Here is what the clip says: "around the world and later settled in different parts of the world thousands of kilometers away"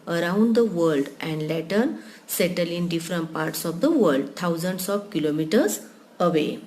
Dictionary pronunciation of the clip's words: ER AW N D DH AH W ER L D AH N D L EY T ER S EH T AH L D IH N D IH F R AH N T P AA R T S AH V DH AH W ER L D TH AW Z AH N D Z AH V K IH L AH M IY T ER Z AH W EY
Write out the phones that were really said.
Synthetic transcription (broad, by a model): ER AW N D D AH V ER L D AH N D L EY T ER S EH T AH L IH N D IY F R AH N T P AA R T S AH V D AH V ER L D T AW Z AH N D S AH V K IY L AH M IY T ER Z AH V EY